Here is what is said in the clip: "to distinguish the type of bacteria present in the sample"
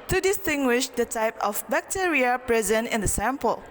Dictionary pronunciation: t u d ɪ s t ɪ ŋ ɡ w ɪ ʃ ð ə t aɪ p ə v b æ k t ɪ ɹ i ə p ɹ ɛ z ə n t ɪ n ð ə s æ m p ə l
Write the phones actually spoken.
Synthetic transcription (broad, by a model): t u d ɪ s t ɪ ŋ ɡ w ɪ ʃ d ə t aɪ p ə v b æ k t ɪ ɹ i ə p ɹ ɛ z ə n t ɪ n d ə s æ m p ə l